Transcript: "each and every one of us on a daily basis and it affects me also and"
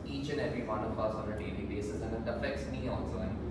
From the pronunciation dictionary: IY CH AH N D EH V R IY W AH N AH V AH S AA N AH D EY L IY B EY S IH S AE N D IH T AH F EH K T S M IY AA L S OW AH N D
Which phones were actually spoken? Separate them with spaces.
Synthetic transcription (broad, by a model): IY CH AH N EH V R IY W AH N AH P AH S AA N AH D EY L IY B EY S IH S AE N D IH T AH F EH K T S M IY AA L S OW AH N